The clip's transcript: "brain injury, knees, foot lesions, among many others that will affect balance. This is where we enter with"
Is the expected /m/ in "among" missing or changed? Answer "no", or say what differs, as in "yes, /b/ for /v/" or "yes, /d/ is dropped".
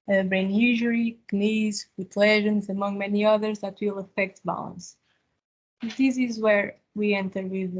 no